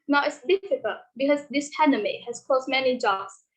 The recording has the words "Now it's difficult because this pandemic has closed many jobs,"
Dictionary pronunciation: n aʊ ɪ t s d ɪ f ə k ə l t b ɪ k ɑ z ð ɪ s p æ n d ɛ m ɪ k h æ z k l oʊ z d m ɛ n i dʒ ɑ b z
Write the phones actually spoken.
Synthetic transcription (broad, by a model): n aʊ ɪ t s d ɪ f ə k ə l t b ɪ k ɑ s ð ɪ s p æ n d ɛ m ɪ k h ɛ s k oʊ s m ɛ n i dʒ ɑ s